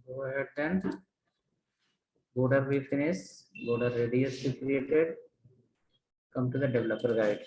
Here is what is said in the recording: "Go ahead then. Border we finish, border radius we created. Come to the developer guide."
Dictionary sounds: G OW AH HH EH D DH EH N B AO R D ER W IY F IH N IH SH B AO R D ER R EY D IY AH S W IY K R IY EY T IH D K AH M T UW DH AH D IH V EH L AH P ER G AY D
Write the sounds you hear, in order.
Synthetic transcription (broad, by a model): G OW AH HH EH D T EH N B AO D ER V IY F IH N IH S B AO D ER R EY D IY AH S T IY K R IY EY T IH D K AH M T UW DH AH D IH V EH L AH P ER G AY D